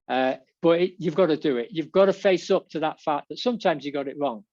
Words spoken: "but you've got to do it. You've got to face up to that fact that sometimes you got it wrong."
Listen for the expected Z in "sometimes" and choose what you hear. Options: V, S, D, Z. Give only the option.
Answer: Z